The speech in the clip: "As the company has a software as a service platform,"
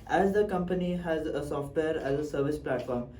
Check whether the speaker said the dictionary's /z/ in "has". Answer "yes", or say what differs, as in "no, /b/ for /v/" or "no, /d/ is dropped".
yes